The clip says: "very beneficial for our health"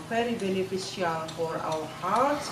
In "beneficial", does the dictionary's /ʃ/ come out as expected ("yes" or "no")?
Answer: no